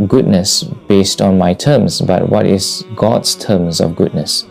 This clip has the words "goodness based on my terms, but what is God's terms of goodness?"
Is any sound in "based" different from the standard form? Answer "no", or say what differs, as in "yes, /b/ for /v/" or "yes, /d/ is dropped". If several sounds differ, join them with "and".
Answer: no